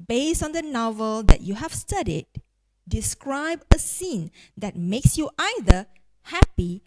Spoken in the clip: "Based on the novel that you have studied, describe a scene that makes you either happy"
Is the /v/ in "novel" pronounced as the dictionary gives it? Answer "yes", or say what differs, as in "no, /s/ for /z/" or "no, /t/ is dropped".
yes